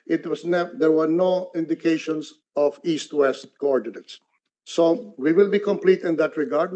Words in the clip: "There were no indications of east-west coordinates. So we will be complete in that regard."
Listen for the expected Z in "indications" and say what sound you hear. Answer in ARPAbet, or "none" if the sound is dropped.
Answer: S